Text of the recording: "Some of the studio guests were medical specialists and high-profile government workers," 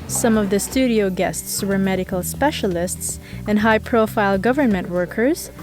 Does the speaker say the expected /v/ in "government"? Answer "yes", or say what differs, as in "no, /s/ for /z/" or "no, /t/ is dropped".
yes